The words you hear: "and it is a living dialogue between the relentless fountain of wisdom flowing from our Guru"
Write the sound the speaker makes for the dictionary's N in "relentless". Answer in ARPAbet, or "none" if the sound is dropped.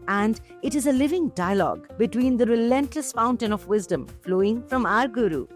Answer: N